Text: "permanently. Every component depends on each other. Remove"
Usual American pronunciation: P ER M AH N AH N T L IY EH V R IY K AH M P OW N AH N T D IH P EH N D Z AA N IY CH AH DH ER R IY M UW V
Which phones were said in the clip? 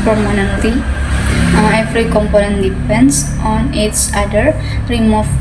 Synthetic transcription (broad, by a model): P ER M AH N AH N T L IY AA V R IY K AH M P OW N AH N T D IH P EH N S AA N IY S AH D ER R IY M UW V